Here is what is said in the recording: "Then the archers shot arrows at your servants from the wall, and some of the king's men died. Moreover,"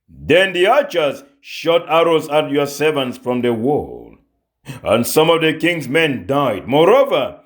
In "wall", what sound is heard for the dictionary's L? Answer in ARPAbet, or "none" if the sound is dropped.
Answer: L